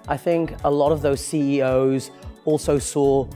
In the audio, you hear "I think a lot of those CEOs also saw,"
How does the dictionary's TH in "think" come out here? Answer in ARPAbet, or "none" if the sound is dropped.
TH